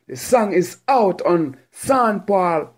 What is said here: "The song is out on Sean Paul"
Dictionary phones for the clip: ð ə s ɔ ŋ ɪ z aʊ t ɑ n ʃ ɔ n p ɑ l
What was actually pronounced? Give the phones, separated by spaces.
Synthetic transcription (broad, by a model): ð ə s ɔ ŋ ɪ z aʊ t ɑ n s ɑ n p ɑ l